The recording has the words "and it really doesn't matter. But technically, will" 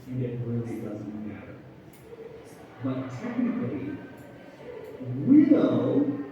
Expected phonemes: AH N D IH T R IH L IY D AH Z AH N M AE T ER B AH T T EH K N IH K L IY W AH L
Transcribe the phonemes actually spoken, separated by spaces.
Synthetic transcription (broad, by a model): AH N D IH T R IH L IY D AH Z AH N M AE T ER B AH T T EH K N IH K L IY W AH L